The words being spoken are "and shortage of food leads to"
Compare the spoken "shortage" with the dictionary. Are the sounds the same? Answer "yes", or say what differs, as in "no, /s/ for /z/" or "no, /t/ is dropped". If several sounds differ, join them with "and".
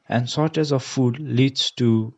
no, /z/ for /dʒ/